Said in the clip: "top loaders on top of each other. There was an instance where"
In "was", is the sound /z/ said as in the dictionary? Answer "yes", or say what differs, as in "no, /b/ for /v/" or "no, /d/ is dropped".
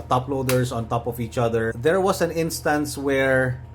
no, /s/ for /z/